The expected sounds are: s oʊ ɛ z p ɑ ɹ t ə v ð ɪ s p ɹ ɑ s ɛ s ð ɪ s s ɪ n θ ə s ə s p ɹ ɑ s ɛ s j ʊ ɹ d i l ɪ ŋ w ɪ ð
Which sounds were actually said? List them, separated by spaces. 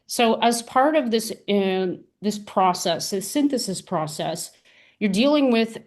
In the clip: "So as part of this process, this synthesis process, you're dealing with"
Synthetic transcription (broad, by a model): s oʊ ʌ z p ɑ ɹ t ə v ð ɪ s p ɹ ɑ s ɛ s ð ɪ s s ɪ n θ ə s ə s p ɹ ɑ s ɛ s j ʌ ɹ d i l ɪ ŋ w ɪ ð